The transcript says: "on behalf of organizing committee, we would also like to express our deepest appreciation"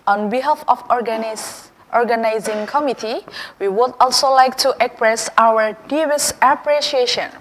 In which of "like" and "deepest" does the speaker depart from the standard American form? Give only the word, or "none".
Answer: deepest